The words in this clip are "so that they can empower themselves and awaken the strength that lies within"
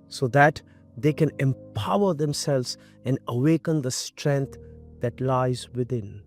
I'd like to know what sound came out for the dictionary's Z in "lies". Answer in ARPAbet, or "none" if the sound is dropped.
Z